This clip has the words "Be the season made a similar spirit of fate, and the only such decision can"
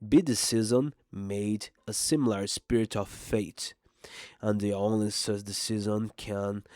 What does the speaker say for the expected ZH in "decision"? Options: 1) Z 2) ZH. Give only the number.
1